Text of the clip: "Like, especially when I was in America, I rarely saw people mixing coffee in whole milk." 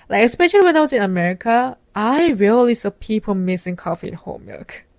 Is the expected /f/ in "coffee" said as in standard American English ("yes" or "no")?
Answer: yes